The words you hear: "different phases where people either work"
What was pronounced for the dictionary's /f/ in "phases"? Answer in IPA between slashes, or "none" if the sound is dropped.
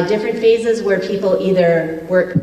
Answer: /f/